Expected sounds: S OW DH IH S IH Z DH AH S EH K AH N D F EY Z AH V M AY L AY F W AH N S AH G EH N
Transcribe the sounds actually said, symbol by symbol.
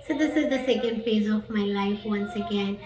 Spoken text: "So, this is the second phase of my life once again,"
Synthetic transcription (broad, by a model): S OW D IH S IH Z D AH S EH K AH N D F EY Z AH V M AY L AY F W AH N S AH G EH N